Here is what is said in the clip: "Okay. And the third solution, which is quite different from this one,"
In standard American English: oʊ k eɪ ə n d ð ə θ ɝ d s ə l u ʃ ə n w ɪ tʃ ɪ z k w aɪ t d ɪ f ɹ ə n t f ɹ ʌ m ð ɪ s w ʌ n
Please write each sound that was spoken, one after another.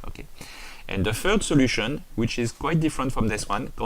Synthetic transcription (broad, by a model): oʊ k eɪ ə n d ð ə f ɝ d s ə l u ʃ ə n w ɪ tʃ ɪ z k w aɪ t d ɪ f ɹ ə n t f ɹ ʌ m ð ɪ s w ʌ n